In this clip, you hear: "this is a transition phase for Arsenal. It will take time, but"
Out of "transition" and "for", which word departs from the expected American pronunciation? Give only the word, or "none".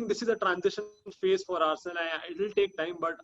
none